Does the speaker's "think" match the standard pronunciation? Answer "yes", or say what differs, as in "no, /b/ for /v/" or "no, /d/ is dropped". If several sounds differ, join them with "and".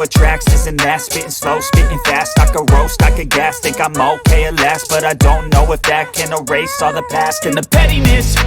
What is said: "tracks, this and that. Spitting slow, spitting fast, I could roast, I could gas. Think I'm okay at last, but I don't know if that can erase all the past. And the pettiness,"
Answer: no, /t/ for /θ/ and /ŋ/ is dropped